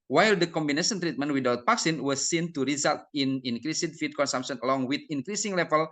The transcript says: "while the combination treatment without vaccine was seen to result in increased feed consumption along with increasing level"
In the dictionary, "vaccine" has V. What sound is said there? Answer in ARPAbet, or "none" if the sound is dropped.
P